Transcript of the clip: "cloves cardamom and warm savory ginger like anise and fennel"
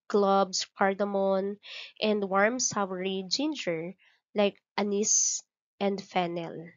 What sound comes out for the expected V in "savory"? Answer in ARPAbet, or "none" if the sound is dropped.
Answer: W